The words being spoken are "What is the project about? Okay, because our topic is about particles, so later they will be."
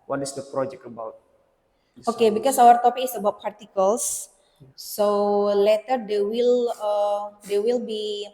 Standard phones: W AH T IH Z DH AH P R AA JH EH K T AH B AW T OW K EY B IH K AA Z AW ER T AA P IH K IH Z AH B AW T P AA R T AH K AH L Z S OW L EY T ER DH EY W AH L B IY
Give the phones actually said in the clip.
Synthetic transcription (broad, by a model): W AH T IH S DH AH P R AA JH EH K T AH B AW T OW K EY B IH K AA S AW ER T AA P IH K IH S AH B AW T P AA R T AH K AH L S S OW L EY T ER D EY W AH L B IY